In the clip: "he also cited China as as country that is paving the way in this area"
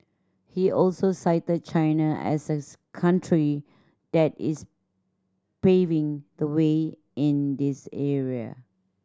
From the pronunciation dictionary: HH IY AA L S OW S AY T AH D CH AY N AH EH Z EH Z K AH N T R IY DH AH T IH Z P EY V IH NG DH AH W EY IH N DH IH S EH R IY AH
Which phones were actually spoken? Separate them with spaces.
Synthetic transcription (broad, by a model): HH IY AA L S OW S AY T AH D CH AY N AH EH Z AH K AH N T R IY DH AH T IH S P EY V IH NG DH AH W EY IH N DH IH S EH R IY AH